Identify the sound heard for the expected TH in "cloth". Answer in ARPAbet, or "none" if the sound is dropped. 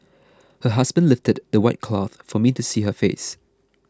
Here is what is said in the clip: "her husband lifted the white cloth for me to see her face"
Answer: TH